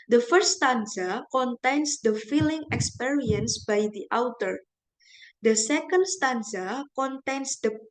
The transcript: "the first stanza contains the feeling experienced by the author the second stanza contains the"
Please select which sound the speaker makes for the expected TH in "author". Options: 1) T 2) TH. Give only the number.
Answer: 1